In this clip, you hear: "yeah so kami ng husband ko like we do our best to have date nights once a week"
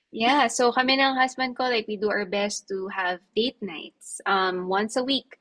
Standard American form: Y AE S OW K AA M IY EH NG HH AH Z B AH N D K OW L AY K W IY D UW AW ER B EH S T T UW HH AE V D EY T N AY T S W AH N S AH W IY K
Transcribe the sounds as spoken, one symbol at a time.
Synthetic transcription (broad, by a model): Y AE S OW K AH M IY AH NG HH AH S B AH N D K OW L AY K W IY D UW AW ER B EH S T T UW HH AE V D EY T N AY T S W AH N S AH W IY K